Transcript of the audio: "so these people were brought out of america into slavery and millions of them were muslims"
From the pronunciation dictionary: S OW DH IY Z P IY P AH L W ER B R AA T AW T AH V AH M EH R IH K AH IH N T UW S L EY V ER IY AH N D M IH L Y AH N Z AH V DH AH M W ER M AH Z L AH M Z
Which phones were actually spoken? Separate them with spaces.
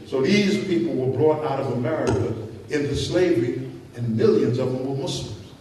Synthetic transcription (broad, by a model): S OW DH IY Z P IY P L W ER B R AA T AW T AH V AH M EH R IH K AH IH N T UW S L EY V ER IY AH N M IH L Y AH N Z AH V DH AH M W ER M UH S L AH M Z